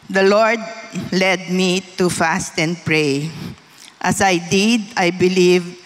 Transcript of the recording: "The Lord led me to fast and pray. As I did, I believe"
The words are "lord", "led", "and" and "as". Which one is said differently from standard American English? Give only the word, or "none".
as